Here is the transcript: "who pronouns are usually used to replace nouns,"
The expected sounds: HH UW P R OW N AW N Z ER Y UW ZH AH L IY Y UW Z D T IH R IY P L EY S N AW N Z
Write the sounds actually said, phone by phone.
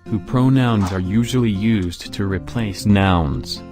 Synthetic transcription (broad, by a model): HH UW P R OW N AW N Z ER Y UW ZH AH L IY Y UW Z T IH R IY P L EY S N AW N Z